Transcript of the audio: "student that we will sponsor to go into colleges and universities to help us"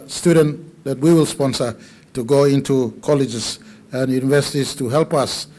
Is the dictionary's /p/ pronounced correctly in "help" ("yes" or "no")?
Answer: yes